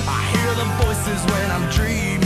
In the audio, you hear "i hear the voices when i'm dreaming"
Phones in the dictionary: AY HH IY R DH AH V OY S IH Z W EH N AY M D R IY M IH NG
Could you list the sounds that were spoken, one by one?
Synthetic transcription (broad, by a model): AY HH IY R DH AH V OY S IH Z W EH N AY M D R IY M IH